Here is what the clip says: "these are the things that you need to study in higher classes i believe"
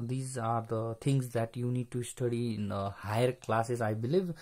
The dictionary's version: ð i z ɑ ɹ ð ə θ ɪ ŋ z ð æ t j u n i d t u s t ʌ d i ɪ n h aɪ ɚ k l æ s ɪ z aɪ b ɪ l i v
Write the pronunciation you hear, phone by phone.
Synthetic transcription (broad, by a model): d i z ɑ ɹ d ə t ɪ ŋ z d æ t j u n i d t u s t ʌ d i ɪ n h aɪ ɚ k l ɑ s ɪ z aɪ b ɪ l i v